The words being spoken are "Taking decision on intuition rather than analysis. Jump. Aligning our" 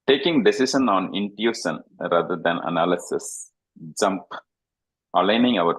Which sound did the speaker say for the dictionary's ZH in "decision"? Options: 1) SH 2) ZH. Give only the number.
1